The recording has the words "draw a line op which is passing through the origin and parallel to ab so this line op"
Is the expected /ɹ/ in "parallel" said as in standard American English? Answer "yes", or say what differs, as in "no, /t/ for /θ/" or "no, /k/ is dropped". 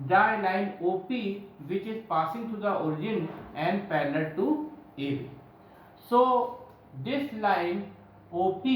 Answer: no, /l/ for /ɹ/